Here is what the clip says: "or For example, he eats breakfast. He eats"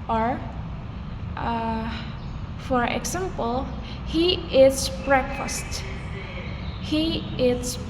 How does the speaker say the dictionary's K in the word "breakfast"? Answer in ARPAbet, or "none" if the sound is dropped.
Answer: K